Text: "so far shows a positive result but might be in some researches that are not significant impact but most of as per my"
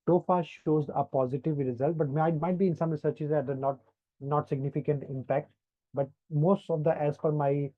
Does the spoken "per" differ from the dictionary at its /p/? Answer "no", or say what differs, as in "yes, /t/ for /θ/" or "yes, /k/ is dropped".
yes, /f/ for /p/